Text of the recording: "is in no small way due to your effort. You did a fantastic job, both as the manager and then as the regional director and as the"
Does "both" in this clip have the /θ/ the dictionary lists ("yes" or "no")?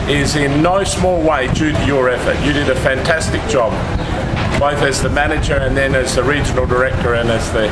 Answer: yes